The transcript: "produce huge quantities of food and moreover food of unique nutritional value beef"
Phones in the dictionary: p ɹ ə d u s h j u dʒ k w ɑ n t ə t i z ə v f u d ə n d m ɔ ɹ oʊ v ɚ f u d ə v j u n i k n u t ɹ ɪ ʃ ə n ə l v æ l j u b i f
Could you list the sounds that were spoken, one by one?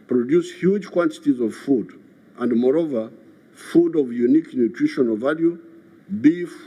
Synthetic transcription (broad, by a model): p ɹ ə d u s h j u dʒ k w ɑ n t ə t i z ə v f u d ə n d m ɔ ɹ oʊ v ɚ f u d ə v j u n i k n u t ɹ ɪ ʃ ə n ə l v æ l j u b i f